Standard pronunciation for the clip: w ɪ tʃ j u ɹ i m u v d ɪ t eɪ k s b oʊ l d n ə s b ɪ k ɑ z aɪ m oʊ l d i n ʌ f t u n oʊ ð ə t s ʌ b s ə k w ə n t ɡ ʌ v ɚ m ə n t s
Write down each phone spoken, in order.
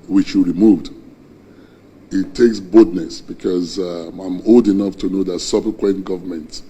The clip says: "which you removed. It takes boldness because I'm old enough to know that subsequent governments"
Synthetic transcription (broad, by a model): w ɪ tʃ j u ɹ i m u v d ɪ t eɪ k s b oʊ d n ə s b ɪ k ɑ z aɪ m oʊ l d i n ʌ f t u n oʊ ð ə t s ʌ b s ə k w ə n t ɡ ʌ v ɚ m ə n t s